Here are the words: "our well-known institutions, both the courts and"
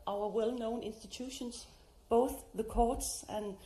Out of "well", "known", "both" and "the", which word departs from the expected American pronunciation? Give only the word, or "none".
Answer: none